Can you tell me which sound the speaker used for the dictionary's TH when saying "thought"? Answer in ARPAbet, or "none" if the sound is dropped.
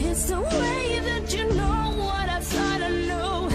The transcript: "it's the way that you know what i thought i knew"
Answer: S